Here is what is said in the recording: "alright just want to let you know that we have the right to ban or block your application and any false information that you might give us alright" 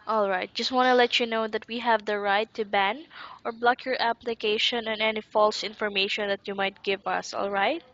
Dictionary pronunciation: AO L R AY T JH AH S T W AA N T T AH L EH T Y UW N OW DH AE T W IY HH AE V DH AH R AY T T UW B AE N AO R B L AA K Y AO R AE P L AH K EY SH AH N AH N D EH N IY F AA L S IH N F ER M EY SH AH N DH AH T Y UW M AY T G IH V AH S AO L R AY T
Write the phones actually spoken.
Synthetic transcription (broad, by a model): AO L R AY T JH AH S T W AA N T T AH L EH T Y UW N OW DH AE T W IY HH AE V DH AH R AY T T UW B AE N AO R B L AA K Y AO R AE P L AH K EY SH AH N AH N EH N IY F AA L S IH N F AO M EY SH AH N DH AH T Y UW M AY T G IH V AH S AO L R AY T